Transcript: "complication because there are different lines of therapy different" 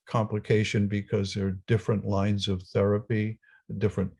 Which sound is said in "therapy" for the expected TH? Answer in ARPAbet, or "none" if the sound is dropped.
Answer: TH